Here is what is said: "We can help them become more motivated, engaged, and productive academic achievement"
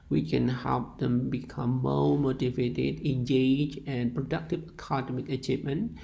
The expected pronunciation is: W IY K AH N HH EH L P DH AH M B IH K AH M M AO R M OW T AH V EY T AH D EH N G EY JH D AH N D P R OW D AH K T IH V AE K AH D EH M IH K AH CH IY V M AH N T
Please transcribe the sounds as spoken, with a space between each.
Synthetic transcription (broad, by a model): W IY K AH N HH EH L P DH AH M B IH K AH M M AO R M OW T AH V EY T AH D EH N G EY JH AH N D P R OW D AH K T IH V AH K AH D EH M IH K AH CH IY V M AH N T